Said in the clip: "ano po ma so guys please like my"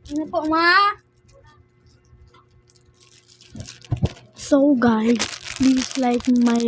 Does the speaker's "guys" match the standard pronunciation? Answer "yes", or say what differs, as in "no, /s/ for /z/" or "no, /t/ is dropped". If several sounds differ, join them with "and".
no, /z/ is dropped